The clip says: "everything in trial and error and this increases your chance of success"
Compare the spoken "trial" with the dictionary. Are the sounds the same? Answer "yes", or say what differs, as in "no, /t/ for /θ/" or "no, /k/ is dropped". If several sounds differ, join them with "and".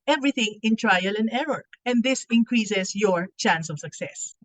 yes